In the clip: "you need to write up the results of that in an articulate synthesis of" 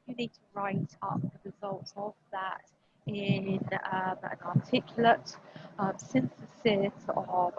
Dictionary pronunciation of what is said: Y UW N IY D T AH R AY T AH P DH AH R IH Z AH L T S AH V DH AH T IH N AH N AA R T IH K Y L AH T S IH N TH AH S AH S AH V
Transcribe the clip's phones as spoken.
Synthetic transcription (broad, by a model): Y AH N IY D T AH R AY T AH P DH AH R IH Z AH L T AH V DH AH T IH N AH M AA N T IH K Y L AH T S IH N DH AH S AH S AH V